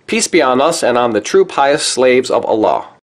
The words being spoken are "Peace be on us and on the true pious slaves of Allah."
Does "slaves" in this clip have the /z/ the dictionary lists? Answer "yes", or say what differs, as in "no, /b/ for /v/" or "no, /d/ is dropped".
yes